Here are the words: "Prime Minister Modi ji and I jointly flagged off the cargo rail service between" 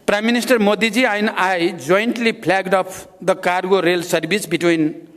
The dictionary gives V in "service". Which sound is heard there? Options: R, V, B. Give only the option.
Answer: B